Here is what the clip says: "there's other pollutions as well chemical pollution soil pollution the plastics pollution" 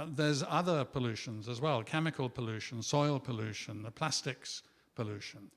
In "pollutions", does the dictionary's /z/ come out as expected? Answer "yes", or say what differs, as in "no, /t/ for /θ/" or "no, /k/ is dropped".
yes